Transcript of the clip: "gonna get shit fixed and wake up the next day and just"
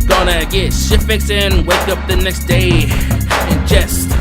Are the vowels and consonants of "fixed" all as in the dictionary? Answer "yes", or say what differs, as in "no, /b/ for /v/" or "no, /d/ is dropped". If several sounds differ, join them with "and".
no, /t/ is dropped